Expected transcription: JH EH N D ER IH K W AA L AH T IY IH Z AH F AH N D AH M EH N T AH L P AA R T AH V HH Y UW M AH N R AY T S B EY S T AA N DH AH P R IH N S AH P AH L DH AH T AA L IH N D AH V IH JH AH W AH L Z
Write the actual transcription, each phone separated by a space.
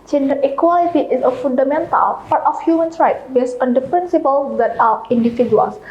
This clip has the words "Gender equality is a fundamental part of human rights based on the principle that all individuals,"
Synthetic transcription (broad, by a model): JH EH N D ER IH K W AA L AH T IY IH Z AH F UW N D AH M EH N T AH L P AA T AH F HH Y UW M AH N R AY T B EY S AA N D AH P R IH N S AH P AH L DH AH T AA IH N D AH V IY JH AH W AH L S